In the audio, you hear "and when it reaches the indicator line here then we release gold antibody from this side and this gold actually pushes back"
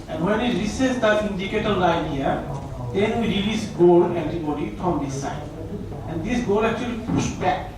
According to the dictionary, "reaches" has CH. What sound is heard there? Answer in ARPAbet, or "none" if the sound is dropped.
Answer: S